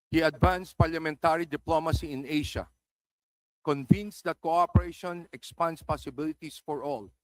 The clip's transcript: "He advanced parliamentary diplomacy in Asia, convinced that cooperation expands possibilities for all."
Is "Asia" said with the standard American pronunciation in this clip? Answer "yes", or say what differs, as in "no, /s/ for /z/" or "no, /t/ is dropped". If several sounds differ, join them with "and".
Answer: no, /ʃ/ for /ʒ/